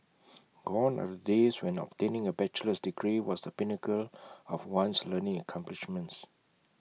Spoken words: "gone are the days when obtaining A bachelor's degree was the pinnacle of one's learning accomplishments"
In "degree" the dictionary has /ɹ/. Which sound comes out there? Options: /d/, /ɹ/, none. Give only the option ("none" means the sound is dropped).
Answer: /ɹ/